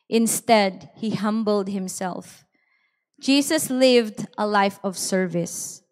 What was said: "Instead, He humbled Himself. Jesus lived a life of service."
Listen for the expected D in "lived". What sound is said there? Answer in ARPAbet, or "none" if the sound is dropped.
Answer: D